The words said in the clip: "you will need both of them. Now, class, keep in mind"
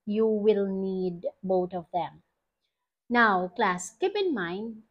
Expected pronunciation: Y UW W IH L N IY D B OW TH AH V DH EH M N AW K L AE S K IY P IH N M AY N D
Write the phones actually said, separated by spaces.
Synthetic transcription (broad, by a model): Y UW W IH L N IY D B OW T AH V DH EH M N AW K L AE S K IY P IH N M AY N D